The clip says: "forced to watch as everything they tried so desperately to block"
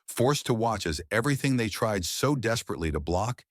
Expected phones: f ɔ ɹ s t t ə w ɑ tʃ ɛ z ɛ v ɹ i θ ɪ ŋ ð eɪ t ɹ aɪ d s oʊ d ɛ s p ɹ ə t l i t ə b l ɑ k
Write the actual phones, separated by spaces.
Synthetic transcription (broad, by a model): f ɔ ɹ s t t ə w ɑ tʃ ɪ z ɛ v ɹ i θ ɪ ŋ ð eɪ t ɹ aɪ d s oʊ d ɛ s p ɹ ə t l i t ə b l ɑ k